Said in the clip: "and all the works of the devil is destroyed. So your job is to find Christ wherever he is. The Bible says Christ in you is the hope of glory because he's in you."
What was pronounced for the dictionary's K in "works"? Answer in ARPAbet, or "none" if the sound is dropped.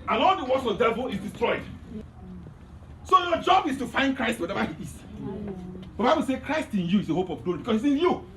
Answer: none